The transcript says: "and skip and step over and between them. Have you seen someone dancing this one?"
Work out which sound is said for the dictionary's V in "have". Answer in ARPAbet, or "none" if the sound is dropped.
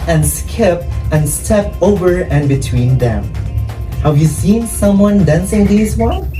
V